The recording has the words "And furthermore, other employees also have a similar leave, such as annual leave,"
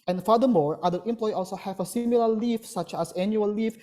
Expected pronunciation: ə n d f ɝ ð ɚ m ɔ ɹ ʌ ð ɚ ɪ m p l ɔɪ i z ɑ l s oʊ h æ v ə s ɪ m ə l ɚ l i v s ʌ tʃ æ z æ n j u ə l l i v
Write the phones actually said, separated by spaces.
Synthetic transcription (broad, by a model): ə n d f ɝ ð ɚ m ɔ ɹ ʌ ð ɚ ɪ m p l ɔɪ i ɑ l s oʊ h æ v ə s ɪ m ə l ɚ l i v s ʌ tʃ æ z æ n j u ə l l i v